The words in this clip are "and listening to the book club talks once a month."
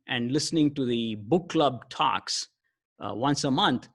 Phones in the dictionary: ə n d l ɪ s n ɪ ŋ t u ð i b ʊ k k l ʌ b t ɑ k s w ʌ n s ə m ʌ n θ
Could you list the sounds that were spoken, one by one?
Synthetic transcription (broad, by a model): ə n d l ɪ s n ɪ ŋ t u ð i b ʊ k k l ʌ b t ɑ k s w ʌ n s ə m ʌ n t